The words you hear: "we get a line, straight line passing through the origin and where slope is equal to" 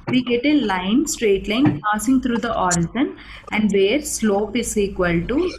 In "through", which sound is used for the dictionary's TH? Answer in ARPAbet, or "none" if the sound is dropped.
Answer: T